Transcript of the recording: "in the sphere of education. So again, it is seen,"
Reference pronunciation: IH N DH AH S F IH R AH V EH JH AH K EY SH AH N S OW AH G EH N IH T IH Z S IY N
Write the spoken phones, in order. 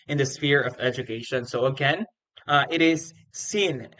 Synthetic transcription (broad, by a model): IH N DH AH S F IH R AH V EH JH AH K EY SH AH N S OW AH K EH N IH T IH Z S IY N